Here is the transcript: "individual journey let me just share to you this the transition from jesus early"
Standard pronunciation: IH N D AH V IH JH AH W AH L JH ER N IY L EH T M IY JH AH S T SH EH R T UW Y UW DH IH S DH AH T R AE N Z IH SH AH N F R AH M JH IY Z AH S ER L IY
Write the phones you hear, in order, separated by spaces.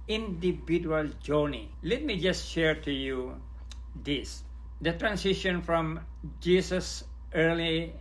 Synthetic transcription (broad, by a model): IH N D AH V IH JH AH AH L JH ER N IY L EH T M IY JH AH S T SH EH R T UW Y UW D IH S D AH T R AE N S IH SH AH N F R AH M JH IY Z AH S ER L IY